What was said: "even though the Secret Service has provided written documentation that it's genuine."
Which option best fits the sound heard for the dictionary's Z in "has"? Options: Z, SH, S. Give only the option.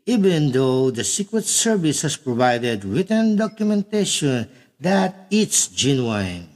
S